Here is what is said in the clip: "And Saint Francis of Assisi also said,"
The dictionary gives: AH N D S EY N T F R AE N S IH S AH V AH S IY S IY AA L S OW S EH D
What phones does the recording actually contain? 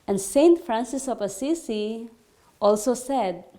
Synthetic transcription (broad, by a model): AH N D S EY N T F R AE N S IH S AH P AH S IY S IY AA L S OW S EH D